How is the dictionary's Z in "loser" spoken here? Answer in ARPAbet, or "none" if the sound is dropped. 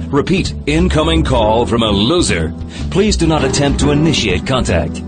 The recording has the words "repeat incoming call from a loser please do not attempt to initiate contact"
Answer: Z